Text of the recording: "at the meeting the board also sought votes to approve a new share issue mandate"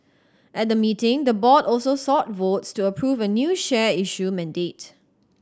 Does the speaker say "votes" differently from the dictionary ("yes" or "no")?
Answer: no